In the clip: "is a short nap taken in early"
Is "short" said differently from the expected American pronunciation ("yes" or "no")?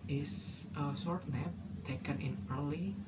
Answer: yes